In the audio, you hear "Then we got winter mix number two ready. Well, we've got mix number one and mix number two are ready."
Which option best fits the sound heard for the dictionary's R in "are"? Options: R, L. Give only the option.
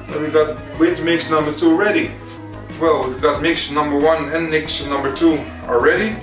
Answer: L